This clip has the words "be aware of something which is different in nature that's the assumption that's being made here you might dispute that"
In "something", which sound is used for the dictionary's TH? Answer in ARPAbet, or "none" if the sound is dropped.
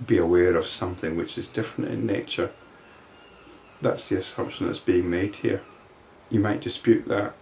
TH